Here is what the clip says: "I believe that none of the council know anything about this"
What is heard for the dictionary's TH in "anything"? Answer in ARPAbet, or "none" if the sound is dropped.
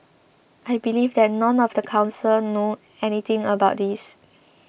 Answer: T